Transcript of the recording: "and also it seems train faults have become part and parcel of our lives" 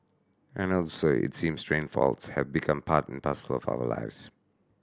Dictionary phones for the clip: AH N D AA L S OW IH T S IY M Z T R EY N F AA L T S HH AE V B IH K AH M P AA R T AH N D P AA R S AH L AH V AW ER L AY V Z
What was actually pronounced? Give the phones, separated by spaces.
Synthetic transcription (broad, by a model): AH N AA L S OW IH T S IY M S T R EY N F AA L T S HH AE V B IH K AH M P AA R T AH N P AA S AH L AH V AW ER L AY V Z